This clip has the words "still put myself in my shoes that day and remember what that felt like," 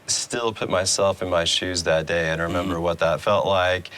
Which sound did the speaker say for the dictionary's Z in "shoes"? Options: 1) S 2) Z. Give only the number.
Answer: 2